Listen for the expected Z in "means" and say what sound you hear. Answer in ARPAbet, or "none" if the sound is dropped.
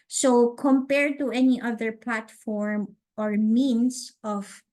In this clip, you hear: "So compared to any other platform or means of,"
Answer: S